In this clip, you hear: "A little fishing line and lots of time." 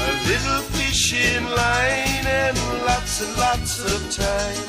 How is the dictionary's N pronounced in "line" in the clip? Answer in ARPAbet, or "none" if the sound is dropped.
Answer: N